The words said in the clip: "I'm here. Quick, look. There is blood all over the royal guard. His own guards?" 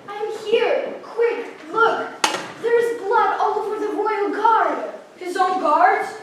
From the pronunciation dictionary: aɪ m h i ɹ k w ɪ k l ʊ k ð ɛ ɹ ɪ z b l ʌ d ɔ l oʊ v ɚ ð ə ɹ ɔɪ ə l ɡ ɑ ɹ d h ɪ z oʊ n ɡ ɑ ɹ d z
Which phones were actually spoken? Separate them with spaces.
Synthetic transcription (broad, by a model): aɪ m h i ɹ k w ɪ k l ʊ k ð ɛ ɹ ɪ z b l ʌ d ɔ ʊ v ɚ ð ə ɹ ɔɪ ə l ɡ ɑ ɹ d h ɪ z oʊ n ɡ ɑ ɹ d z